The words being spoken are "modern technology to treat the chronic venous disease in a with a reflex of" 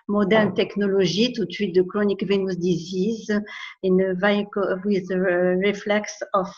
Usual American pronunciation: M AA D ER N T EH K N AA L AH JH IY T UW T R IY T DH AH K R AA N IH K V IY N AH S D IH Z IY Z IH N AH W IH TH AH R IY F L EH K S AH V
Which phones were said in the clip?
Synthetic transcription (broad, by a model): M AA D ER N T EH K N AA L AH ZH IY T UW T IY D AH K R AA N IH K V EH N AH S D IH Z IY Z IH N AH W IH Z AH R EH F L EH K S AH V